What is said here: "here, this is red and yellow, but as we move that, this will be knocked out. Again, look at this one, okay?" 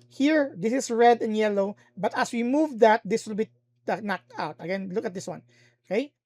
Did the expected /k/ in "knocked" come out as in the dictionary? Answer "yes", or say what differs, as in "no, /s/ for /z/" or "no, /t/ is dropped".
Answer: yes